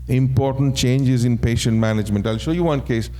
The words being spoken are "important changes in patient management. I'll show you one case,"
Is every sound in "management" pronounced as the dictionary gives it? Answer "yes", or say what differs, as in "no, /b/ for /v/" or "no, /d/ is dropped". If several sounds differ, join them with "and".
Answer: yes